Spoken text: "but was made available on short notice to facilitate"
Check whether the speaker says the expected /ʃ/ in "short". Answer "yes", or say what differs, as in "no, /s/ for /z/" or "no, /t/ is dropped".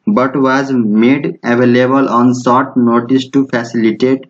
no, /s/ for /ʃ/